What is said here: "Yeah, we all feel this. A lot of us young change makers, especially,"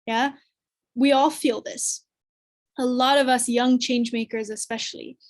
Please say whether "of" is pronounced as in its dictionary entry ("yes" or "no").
yes